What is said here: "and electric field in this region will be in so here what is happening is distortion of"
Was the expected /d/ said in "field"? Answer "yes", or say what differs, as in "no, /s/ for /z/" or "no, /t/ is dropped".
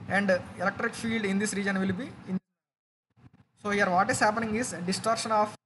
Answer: yes